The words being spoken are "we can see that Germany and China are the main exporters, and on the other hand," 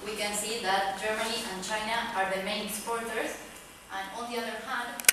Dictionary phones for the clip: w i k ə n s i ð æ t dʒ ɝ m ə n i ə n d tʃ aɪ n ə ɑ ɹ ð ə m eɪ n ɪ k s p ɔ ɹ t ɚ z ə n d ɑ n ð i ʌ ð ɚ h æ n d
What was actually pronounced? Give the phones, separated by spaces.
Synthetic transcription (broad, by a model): w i k ə n s i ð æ t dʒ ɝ m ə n i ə n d tʃ aɪ n ə ɑ ɹ ð ə m eɪ ɪ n s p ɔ ɹ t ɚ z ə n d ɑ l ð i ʌ ð ɚ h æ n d